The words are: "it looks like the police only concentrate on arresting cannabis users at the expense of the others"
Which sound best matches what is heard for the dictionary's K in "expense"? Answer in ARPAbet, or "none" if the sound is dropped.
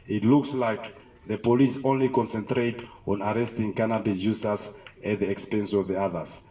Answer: K